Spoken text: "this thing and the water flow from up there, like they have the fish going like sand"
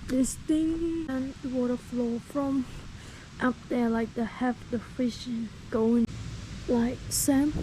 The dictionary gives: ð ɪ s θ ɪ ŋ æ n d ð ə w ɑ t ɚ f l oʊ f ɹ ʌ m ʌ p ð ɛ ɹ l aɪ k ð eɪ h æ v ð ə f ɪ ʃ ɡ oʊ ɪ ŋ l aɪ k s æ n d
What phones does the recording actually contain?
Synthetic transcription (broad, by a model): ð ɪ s t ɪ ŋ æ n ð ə w ɑ t ɚ f l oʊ f ɹ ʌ m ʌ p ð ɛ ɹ l aɪ k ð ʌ h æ f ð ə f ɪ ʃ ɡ oʊ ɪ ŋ l aɪ k s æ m